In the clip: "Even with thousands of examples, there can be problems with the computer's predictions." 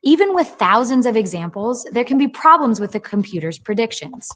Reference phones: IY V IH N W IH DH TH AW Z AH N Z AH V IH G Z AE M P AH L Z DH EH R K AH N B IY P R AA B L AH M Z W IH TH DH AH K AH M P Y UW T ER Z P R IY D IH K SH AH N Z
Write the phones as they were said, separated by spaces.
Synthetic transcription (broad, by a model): IY V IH N W IH DH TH AW Z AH N Z AH V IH G Z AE M P L Z DH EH R K AH N B IY P R AA B L AH M Z W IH DH AH K AH M P Y UW T ER Z P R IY D IH K SH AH N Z